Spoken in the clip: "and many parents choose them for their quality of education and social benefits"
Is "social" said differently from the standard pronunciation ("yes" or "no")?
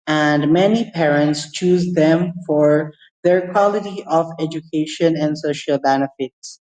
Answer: no